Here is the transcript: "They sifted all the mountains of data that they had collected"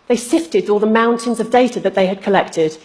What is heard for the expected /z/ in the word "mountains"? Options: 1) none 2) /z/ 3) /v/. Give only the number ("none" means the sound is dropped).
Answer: 2